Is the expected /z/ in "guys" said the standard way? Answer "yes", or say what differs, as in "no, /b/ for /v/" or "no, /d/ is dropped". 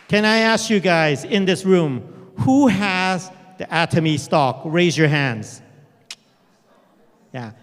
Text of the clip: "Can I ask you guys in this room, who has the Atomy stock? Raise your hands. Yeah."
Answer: yes